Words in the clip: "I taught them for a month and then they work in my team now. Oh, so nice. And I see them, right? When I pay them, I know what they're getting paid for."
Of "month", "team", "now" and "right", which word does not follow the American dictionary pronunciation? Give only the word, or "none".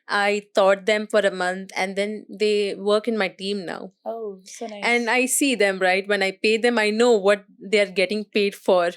month